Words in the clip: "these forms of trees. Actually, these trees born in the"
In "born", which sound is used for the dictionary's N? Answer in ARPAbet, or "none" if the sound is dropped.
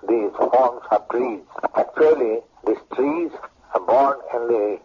N